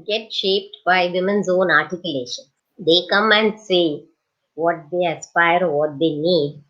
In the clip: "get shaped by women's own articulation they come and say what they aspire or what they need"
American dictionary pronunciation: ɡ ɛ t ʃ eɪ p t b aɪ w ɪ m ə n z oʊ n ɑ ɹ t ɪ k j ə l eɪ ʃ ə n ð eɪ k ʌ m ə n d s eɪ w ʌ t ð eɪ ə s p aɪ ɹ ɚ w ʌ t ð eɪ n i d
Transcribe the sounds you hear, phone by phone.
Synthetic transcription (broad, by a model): ɡ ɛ t ʃ eɪ p t b aɪ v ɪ m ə n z oʊ n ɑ ɹ t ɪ k j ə l eɪ ʃ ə n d eɪ k ʌ m ə n d s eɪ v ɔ t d eɪ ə s p aɪ ɹ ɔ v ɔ t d eɪ n i d